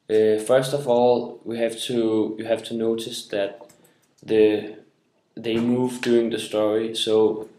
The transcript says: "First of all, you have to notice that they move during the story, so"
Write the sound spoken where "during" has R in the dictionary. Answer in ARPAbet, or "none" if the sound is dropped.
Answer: none